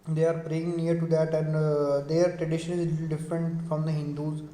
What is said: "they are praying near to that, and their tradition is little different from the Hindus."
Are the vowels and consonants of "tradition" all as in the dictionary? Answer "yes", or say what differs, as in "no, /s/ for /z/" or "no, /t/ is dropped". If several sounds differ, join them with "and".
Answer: yes